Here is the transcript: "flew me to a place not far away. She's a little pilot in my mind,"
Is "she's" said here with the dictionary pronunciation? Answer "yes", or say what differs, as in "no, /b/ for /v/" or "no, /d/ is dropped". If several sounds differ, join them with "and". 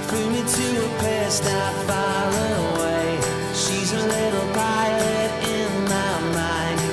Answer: yes